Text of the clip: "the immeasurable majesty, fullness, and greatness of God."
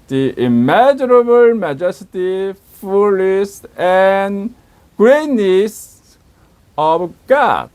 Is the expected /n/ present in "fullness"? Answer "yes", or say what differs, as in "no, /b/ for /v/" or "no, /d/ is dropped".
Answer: no, /n/ is dropped